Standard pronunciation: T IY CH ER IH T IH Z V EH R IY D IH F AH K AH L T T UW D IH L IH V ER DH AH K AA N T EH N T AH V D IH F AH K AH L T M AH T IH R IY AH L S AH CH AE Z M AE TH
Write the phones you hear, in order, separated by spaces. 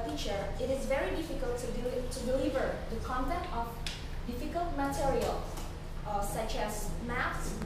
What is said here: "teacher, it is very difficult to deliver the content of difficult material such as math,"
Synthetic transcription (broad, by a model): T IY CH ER IH T IH Z V EH R IY D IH F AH K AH L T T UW D IH L IH V ER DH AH K AA N T EH N T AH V D IH F AH K AH L T M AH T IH R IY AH L S AH CH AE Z M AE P